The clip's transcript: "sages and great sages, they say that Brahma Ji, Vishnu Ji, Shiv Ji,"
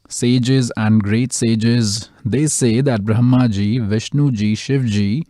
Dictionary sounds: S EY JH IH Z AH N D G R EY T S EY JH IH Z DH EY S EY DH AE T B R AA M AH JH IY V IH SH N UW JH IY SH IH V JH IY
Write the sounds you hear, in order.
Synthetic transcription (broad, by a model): S EY JH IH Z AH N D G R EY T S EY JH IH Z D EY S EY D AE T B R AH M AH JH IY V IH SH N UW JH IY SH IH V JH IY